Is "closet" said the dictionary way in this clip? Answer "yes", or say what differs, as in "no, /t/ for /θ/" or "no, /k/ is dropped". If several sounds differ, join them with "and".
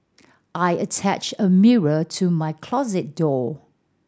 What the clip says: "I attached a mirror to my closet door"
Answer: yes